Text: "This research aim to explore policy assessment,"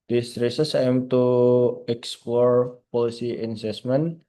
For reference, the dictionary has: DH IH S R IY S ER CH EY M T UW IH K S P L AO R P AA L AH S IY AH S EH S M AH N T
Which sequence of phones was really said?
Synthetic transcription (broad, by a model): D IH S R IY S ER S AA M T UW IH K S P L AO R P AA L AH S IY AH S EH S M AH N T